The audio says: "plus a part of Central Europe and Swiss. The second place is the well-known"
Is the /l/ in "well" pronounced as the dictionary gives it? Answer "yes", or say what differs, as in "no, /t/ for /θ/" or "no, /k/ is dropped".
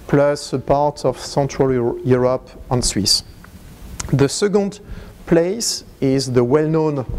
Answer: yes